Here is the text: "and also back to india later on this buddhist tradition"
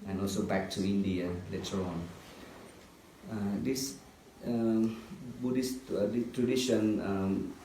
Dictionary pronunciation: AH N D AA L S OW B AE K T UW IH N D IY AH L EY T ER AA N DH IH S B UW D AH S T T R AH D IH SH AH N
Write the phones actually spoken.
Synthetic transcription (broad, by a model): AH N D AA L S OW B AE K T UW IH N D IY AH L EY T ER AA N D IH S B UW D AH S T T R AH D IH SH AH N